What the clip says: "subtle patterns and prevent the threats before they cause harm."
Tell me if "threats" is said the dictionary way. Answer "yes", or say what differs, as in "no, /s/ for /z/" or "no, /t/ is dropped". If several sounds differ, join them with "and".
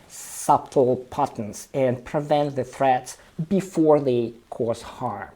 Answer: yes